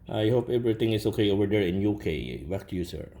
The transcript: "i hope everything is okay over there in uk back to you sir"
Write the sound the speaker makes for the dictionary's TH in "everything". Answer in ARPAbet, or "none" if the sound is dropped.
T